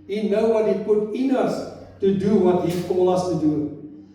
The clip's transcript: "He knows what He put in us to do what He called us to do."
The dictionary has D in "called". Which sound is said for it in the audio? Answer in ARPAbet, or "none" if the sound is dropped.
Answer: none